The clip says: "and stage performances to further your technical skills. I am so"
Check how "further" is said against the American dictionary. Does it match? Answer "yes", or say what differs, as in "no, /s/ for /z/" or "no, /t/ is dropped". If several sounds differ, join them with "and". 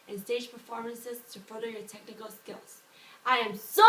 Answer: no, /ð/ is dropped